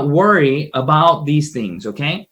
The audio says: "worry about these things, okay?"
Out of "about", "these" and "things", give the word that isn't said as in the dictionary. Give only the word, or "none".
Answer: none